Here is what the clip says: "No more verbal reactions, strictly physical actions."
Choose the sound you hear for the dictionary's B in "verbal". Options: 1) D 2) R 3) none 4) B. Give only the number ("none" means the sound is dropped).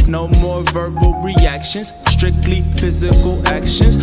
4